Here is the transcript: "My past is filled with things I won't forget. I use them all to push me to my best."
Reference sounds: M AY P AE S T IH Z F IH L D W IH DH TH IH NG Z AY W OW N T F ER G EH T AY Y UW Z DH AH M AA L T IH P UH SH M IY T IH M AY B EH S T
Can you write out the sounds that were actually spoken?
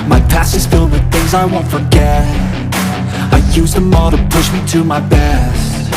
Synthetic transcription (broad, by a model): M AY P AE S IH Z F IH L D W IH DH TH IH NG Z AY W OW N T F ER G EH T AY Y UW Z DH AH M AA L T IH P UH SH M IY T IH M AY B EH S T